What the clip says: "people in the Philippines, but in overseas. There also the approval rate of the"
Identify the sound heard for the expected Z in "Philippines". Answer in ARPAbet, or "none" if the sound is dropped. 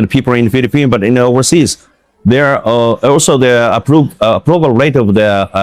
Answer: none